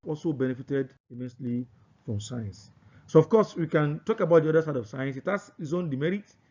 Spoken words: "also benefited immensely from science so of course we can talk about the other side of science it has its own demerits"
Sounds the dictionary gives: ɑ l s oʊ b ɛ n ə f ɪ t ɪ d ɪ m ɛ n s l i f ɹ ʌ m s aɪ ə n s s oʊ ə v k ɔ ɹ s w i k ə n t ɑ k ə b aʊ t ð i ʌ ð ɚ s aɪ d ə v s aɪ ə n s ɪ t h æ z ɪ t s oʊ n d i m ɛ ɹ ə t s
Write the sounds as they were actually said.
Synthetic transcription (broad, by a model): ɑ l s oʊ b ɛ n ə f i t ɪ d ɪ m ɛ n s l i f ɹ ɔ m s aɪ ə n s s oʊ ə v k ɔ s w i k ə n t ɑ k ə b aʊ t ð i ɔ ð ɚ s aɪ d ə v s aɪ ə n s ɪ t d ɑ s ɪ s oʊ n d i m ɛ ɹ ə t